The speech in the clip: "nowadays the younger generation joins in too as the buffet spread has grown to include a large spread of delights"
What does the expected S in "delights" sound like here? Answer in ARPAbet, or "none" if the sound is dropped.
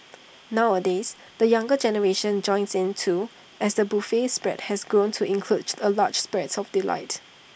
none